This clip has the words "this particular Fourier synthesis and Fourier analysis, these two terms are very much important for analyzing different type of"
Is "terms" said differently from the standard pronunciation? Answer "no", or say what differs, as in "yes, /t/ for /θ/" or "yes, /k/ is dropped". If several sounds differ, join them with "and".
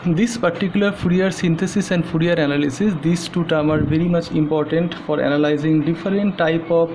yes, /z/ is dropped